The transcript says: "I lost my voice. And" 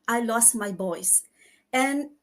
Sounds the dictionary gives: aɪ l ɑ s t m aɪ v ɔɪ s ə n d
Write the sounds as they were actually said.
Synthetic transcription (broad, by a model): aɪ l ɑ s t m aɪ b ɔɪ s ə n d